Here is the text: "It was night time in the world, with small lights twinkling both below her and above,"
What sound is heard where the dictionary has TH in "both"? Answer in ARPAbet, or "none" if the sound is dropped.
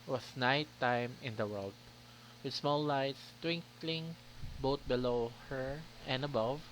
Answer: T